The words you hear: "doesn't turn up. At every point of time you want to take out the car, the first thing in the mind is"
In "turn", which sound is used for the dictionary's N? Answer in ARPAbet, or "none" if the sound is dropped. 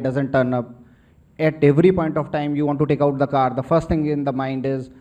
N